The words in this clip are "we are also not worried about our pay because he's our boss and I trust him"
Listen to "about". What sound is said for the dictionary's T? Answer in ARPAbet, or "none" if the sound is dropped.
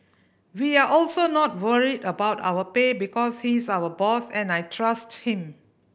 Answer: T